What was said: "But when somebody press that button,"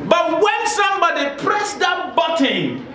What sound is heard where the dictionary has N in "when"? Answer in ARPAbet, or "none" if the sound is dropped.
N